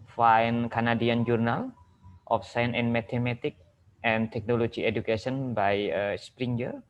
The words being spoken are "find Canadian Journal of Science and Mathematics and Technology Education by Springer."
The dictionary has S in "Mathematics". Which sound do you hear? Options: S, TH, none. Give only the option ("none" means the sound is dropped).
none